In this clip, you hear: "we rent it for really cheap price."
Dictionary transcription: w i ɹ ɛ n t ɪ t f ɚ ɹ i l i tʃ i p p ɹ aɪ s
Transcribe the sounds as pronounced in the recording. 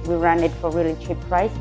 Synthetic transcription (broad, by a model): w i ɹ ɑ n ɪ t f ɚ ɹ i l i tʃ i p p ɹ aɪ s